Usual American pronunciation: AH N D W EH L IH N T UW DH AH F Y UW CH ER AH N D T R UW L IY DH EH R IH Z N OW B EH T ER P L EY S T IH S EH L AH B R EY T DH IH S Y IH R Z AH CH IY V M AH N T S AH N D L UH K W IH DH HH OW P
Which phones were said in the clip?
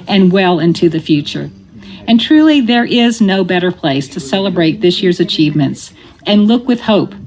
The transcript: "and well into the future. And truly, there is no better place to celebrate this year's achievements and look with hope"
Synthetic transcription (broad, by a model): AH N W EH L IH N T UW DH AH F Y UW CH ER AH N T R UW L IY DH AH R IH Z N OW B EH T ER P L EY S T IH S EH L AH B R EY T DH IH S Y IH R Z AH CH IY V M AH N T S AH N L UH K W IH DH HH OW P